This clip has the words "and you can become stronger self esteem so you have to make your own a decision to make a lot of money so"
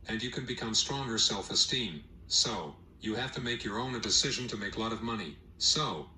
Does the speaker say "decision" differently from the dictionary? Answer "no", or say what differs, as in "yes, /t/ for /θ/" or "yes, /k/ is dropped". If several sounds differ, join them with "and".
no